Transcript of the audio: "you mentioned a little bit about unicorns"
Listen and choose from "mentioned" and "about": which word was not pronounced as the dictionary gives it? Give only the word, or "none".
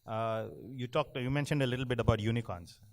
none